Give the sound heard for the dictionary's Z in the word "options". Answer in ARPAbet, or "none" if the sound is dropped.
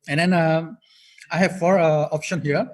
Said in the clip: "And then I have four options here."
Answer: none